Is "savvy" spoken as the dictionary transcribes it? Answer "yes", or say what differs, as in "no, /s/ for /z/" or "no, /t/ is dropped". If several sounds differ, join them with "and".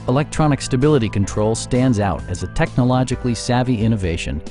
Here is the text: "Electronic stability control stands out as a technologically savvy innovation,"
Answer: yes